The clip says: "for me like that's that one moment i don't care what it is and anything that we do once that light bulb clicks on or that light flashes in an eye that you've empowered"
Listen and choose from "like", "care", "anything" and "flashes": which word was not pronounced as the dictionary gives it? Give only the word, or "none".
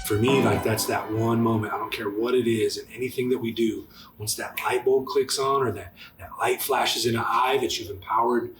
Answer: none